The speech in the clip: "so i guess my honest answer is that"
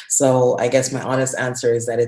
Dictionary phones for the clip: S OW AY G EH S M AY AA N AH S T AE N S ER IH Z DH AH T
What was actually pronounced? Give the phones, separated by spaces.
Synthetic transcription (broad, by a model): S OW AY G EH S M AY AA N AH S T AE N S ER IH Z DH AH T